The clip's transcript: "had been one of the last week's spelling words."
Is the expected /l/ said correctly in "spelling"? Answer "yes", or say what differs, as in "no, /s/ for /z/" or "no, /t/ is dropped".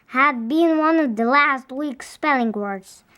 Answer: yes